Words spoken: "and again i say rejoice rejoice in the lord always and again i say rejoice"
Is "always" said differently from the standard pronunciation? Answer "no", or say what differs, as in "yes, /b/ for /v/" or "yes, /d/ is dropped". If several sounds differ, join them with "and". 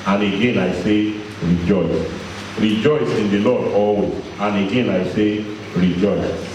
yes, /l/ is dropped and /z/ is dropped